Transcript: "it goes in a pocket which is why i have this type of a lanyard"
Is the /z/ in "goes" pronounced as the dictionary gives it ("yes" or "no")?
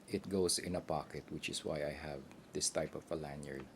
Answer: no